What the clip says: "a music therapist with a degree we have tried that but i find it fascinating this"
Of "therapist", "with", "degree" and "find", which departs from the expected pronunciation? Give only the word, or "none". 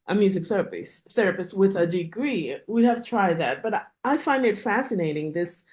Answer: none